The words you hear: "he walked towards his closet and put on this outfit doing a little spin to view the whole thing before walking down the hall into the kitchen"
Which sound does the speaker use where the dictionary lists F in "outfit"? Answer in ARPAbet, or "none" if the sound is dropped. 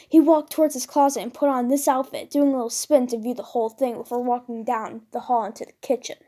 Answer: F